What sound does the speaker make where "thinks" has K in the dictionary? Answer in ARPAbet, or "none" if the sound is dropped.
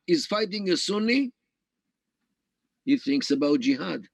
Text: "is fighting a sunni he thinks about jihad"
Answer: K